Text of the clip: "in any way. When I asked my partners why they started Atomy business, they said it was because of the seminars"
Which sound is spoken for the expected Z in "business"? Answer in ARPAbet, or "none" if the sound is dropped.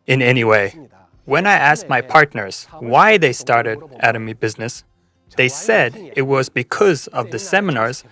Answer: Z